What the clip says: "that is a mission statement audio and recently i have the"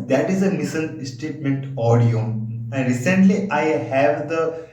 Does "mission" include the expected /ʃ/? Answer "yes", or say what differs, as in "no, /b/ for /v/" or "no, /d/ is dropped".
no, /s/ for /ʃ/